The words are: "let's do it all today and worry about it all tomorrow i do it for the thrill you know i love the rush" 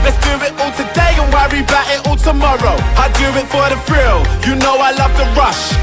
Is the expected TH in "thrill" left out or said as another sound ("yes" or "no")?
yes